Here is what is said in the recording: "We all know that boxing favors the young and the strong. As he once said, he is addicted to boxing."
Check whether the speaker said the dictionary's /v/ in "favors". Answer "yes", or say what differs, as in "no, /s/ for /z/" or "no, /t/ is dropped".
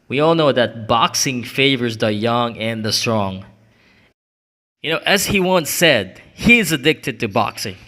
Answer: yes